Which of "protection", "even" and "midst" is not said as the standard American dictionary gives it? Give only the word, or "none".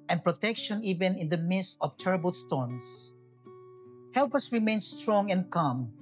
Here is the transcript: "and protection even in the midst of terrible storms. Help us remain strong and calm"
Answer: none